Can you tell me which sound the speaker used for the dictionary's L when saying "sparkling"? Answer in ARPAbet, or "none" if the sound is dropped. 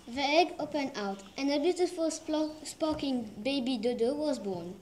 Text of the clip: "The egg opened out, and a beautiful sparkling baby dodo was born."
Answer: none